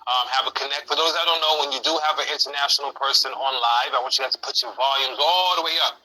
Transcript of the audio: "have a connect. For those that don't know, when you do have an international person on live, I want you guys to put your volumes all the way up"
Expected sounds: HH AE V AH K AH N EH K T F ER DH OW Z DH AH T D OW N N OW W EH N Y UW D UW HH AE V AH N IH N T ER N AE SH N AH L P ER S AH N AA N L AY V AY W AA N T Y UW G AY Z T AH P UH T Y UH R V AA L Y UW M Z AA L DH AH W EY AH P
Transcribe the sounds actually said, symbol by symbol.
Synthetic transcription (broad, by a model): HH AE V AH K AH N EH K T F ER DH OW Z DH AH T D OW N N OW W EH N Y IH D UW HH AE V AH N IH N T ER N AE SH N L P ER S AH N AA N L AY V AY W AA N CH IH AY T AH P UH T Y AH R V AA L Y UW M Z AA L DH AH W EY AH P